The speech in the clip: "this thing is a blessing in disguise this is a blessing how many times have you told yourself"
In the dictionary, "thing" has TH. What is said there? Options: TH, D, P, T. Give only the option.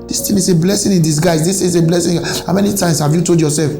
T